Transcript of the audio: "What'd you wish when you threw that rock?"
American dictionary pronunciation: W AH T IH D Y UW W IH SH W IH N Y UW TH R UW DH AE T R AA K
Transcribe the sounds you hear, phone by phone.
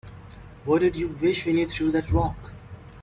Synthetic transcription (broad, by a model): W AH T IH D Y UW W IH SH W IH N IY T R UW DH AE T R AA K